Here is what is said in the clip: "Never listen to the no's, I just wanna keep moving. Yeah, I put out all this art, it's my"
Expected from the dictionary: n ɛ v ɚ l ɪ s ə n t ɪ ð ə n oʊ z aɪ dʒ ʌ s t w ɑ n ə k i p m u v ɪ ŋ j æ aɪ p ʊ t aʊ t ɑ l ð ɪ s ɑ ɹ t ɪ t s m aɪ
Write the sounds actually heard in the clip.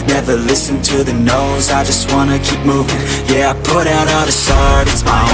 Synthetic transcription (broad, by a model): n ɛ v ɚ l ɪ s ə n t ɪ ð ə n oʊ z aɪ dʒ ʌ s t w ɑ n ə k i p m u v ɪ ŋ j æ aɪ p ʊ t aʊ t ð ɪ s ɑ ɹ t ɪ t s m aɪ